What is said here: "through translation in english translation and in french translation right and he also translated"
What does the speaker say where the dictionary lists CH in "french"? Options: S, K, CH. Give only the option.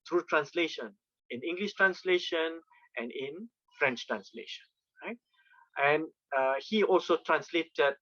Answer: CH